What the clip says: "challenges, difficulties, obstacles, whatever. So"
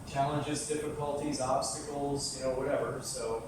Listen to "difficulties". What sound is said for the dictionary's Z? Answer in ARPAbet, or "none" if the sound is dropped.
Z